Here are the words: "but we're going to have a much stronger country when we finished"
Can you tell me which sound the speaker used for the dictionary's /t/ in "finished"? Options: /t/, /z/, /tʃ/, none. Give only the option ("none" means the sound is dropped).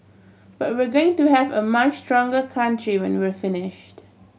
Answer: /t/